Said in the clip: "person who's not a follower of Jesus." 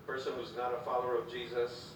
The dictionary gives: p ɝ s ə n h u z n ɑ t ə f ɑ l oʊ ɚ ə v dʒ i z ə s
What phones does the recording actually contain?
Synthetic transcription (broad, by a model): p ɝ s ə n h u z n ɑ t ə f ɑ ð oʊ ɚ ə v dʒ i z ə s